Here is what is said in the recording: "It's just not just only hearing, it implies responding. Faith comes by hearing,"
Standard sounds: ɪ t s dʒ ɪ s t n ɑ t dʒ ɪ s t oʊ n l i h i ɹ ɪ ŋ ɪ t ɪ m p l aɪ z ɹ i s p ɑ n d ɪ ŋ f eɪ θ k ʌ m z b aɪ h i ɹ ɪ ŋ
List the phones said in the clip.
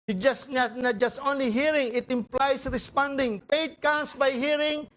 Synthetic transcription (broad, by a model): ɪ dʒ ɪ s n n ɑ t dʒ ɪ s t oʊ n l i h i ɹ ɪ ŋ ɪ t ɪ m p l aɪ s ɹ i s p ɑ n d ɪ ŋ p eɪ t k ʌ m s b aɪ h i ɹ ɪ ŋ